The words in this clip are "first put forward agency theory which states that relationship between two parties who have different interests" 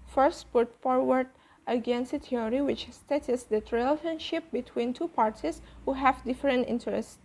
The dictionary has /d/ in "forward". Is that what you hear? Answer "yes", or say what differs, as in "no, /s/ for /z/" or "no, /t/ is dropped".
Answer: yes